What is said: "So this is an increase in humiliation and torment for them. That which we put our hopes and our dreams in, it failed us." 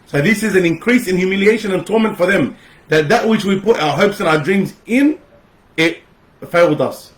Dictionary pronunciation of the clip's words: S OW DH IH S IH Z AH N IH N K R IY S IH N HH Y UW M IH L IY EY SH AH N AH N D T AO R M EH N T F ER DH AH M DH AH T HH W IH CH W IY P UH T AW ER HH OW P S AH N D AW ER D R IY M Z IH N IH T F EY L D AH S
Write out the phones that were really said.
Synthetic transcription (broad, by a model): S OW DH IH S IH Z AH N IH N K R IY S IH N Y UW M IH L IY EY SH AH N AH N T AO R M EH N T F ER DH AH M DH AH T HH W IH CH W IY P UH T AW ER HH OW P S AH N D AW ER D R IY M Z IH N IH T F EY L D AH S